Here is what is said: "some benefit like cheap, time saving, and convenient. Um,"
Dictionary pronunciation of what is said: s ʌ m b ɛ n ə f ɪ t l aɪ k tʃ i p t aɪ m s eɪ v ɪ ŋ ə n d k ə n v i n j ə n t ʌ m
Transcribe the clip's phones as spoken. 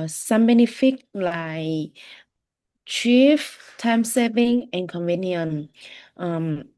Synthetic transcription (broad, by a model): s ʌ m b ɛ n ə f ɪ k l aɪ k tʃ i f t aɪ m s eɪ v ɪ ŋ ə n k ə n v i n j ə n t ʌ m